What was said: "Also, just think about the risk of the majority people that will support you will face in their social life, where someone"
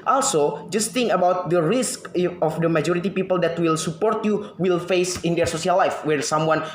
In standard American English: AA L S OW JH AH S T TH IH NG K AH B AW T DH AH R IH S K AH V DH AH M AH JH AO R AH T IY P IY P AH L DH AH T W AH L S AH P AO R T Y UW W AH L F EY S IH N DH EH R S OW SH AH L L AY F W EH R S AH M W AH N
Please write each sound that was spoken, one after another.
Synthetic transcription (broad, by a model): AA L S OW JH AH S T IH NG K AH B AW T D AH R IH S K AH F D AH M AH JH AO R AH T IY P IY P AH L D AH T W AH L S AH P AO R T Y UW W AH L F EY S IH N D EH R S OW S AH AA L AY F W EH R S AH M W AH N